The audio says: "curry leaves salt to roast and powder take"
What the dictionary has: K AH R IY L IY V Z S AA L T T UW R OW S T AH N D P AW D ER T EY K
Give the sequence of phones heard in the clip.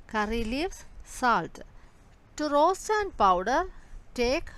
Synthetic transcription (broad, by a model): K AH R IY L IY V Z S AA L T T UW R OW S T AH N D P AW D ER T EY K